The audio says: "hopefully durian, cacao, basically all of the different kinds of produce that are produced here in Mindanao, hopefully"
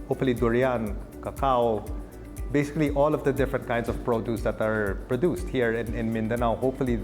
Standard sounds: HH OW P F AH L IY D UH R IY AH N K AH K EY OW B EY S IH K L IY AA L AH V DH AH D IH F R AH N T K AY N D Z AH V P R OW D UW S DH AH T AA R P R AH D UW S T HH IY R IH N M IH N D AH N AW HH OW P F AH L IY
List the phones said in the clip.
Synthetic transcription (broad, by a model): HH OW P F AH L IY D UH R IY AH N K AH K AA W B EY S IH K L IY AA L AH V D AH D IH F R AH N T K AY N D S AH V P R OW D UW S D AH T AA R P R AH D UW S T HH IY R IH N M IH N D AH N AW HH OW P F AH L IY